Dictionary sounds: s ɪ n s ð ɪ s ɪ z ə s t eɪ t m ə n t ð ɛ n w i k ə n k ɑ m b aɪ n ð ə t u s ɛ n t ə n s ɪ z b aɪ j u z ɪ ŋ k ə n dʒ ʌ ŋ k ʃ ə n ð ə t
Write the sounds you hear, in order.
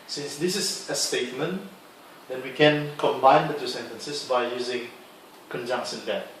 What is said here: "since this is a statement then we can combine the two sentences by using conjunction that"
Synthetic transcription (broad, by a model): s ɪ n s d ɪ s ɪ s ə s t eɪ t m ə n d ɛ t w i k ə n k ɑ m b aɪ n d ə t u s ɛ n t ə n s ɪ s b aɪ j u z ɪ ŋ k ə n dʒ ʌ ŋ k s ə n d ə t